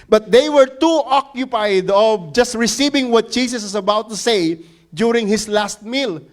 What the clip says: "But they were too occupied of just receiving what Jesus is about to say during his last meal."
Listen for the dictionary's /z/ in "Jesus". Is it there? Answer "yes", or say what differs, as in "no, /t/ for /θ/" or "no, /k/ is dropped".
no, /s/ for /z/